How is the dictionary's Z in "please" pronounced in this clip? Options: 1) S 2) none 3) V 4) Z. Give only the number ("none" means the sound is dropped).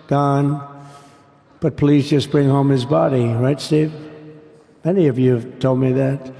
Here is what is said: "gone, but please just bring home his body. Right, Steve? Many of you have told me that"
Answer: 4